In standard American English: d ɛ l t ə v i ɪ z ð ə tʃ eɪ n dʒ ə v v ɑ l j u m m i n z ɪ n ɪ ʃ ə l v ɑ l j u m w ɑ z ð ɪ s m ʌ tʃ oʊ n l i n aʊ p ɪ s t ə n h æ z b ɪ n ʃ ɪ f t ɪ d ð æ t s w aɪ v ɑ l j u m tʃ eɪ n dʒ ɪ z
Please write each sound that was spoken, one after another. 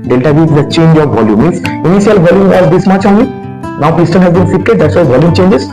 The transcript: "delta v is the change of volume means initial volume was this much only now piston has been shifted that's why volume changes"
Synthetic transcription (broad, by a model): d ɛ l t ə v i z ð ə tʃ eɪ n dʒ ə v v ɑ l j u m m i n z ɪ n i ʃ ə l v ɑ l j u m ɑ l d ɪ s m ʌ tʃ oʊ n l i n aʊ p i s t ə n h æ z b ɪ n s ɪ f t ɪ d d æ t s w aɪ v ɑ l j u m tʃ eɪ n dʒ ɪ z